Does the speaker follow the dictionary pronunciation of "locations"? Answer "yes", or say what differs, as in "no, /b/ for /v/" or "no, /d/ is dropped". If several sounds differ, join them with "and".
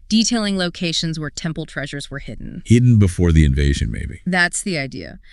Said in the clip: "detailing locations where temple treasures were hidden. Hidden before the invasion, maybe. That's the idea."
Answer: yes